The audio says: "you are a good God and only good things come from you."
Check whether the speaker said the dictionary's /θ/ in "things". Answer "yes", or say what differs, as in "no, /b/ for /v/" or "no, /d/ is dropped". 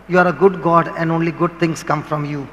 no, /t/ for /θ/